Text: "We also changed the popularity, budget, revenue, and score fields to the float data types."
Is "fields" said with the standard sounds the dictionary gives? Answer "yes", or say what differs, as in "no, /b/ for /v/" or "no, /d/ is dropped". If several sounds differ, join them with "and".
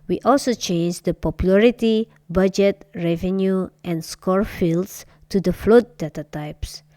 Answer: no, /s/ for /z/